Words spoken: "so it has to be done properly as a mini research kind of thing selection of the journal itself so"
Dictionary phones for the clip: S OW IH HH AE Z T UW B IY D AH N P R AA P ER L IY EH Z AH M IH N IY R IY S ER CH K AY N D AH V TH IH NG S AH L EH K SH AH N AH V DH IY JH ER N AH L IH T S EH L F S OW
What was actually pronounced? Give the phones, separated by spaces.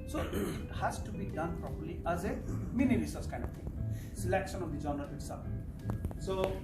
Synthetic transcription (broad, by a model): S OW HH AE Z T UW B IY D AH N P R AA P ER L IY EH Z AH M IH N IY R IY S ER S K AY N D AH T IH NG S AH L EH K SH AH N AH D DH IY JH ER N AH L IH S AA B S OW